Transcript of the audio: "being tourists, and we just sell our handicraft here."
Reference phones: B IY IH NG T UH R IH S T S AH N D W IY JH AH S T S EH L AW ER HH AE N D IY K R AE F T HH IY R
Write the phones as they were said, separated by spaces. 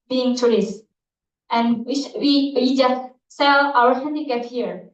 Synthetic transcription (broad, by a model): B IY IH NG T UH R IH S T AH N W W IY JH AH S T S EH L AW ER HH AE N D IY K AE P HH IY R